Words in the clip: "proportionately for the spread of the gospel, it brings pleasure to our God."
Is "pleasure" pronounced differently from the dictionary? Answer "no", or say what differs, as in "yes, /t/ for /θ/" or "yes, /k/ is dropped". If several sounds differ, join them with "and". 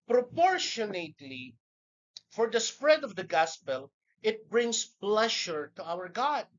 yes, /ʃ/ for /ʒ/